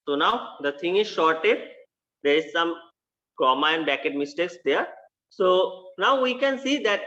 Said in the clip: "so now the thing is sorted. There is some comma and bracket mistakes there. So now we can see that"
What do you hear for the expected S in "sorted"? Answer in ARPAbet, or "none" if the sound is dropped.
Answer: SH